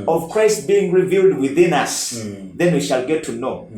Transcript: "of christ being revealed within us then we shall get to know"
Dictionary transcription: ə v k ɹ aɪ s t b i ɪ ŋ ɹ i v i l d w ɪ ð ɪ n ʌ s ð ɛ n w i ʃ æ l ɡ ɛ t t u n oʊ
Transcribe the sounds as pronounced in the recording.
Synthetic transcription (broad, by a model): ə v k ɹ aɪ s t b i ɪ ŋ ɹ i v i l d w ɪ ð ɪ n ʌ s ð ɛ n w i ʃ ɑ l ɡ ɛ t t u n oʊ